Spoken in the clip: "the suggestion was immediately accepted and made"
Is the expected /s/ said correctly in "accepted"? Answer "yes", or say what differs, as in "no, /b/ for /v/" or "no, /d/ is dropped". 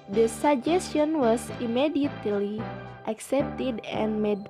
yes